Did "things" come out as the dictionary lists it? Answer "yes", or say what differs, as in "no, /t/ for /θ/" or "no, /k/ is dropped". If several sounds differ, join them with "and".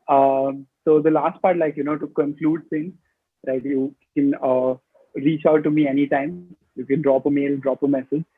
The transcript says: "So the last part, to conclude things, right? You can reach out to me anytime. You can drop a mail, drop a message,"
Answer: no, /s/ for /θ/